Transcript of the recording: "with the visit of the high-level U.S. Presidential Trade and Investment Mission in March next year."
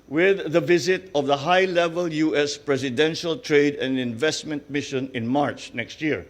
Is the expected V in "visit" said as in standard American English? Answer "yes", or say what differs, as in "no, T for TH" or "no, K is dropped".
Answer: yes